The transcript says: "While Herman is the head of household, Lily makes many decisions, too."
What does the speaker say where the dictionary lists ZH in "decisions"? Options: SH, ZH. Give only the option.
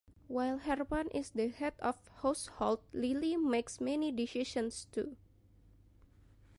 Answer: SH